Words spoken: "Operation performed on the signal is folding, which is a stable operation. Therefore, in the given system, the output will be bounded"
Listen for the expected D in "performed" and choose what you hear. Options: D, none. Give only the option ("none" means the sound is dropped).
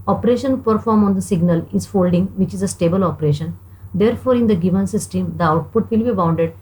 none